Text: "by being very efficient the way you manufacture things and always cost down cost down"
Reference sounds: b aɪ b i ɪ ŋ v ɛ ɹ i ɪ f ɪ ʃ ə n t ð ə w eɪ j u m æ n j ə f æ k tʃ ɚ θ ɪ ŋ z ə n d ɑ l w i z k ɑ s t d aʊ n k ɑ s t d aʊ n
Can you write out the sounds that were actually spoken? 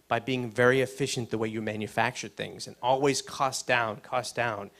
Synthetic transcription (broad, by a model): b aɪ b i ɪ ŋ v ɛ ɹ i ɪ f ɪ ʃ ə n ð ə w eɪ j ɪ m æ n j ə f æ k tʃ ɚ θ ɪ ŋ z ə n ɑ l w i z k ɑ s d aʊ n k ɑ s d aʊ n